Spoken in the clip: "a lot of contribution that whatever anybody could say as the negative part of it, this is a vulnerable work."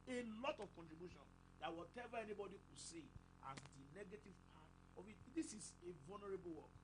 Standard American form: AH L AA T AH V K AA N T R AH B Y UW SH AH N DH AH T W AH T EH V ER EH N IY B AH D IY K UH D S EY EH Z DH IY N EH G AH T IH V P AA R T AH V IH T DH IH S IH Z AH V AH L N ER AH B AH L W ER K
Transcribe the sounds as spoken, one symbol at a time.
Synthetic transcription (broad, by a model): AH L AA T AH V K AA N T R AH B Y UW SH AH N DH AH T W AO T EH V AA EH N IY B AH D IY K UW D S EY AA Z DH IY N EH G AH T IH V P AA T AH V IH T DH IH S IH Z AH V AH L N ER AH B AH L W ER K